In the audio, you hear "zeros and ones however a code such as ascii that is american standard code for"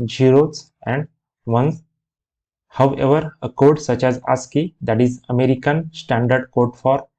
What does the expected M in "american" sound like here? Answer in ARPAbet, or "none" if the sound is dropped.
M